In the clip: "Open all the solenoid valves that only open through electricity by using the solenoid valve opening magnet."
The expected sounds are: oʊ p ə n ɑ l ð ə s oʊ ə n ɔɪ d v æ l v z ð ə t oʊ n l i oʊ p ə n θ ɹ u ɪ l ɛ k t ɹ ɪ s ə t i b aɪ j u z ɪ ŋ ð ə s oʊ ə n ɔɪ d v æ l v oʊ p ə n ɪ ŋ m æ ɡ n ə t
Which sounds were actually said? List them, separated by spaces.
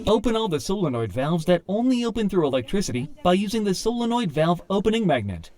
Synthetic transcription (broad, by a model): oʊ p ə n ɑ l ð ə s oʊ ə n ɔɪ d v æ l v z ð ə t oʊ n l i oʊ p ə n θ ɹ u ɪ l ɛ k t ɹ ɪ s ə t i b aɪ j u z ɪ ŋ ð ə s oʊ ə n ɔɪ d v æ l v oʊ p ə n ɪ ŋ m æ ɡ n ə t